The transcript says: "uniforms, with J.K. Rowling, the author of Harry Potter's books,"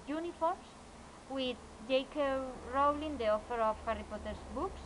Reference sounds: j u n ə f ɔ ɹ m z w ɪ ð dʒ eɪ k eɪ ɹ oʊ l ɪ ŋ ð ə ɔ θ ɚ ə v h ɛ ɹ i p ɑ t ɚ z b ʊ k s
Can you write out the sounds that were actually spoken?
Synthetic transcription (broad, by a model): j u n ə f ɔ ɹ m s w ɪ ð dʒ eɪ k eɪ ɹ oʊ l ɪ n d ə ɔ f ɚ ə f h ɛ ɹ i p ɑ t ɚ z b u k s